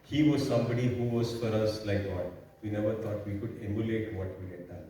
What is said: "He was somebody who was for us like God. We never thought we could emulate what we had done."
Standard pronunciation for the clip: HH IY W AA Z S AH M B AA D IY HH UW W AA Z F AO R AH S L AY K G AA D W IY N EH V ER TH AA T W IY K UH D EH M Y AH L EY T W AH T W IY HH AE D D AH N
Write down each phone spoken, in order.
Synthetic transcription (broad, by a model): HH IY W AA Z S AH M B AA D IY HH UW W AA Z F AO R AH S L AY K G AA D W IY N EH V ER T AA T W IY K UH D EH M Y AH L EY T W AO T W IY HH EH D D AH N